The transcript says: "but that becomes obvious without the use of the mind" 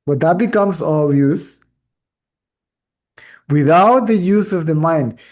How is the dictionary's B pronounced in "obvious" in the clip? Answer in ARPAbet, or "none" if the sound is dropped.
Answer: none